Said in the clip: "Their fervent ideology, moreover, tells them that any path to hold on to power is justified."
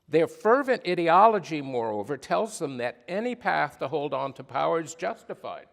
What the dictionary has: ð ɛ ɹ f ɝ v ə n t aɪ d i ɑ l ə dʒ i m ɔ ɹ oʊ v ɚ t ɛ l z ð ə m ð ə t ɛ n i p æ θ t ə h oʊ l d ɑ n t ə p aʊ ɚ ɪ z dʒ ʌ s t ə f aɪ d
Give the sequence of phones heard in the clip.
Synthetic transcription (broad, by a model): ð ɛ ɹ f ɝ v ə n t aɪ d i ɑ l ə dʒ i m ɔ ɹ oʊ v ɚ t ɛ l z ð ə m ð ə t ɛ n i p æ θ t ə h oʊ l d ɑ n t ə p aʊ ɚ z dʒ ʌ s t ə f aɪ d